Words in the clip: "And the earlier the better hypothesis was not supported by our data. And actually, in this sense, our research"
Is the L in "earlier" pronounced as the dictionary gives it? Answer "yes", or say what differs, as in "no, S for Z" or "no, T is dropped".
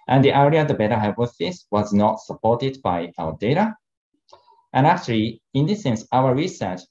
no, L is dropped